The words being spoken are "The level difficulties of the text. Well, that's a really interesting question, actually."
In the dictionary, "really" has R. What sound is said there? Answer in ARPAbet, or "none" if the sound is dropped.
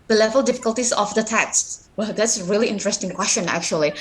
R